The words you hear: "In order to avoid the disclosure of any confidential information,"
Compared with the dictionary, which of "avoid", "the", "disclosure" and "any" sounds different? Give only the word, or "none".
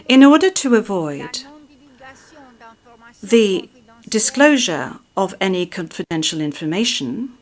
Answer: none